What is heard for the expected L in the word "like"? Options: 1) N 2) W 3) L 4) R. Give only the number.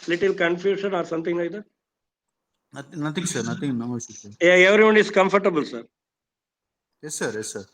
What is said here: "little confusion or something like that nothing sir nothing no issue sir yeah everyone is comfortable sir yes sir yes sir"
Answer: 1